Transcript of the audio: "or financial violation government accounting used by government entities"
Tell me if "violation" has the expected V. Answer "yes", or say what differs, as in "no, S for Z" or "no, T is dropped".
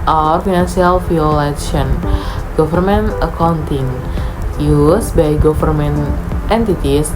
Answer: no, F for V